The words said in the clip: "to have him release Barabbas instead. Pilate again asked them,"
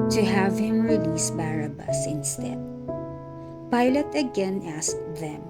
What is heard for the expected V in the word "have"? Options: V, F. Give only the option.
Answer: V